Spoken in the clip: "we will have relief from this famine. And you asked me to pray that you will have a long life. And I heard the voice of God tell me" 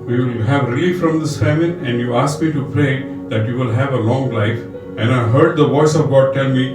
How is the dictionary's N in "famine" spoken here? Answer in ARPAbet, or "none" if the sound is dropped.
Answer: none